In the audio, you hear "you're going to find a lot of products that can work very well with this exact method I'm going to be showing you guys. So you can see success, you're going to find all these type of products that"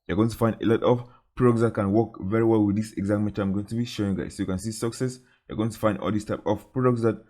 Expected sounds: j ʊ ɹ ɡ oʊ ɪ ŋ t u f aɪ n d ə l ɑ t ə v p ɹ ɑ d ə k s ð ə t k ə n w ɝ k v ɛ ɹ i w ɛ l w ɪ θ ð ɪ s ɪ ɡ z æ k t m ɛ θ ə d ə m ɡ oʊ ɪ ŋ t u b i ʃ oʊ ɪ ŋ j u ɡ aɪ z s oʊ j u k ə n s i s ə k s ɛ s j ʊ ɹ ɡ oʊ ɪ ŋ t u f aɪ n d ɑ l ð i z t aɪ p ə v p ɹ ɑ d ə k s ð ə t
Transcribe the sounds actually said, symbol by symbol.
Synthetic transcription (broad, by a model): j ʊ ɡ oʊ ɪ ŋ t u f aɪ n d ə l ɑ t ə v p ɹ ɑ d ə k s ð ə t k ə n w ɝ k v ɛ ɹ i w ɛ l w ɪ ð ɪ s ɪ ɡ z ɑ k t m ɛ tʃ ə ə m ɡ oʊ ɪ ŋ t u b i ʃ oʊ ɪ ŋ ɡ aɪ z s oʊ j u k ə n s i s ə k s ɛ s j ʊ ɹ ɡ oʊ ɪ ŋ t u f aɪ n d ɑ l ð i s t aɪ p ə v p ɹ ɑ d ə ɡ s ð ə t